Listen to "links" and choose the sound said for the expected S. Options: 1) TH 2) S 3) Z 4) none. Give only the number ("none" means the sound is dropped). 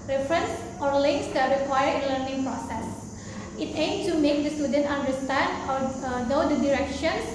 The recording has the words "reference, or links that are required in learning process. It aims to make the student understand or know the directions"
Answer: 2